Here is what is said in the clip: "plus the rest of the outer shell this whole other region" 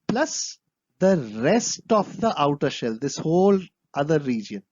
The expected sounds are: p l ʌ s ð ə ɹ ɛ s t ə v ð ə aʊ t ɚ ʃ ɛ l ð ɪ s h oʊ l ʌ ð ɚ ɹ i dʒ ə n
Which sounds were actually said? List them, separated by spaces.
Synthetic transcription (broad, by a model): p l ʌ s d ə ɹ ɛ s t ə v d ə aʊ t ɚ ʃ ɛ l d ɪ s h oʊ l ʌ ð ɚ ɹ i dʒ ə n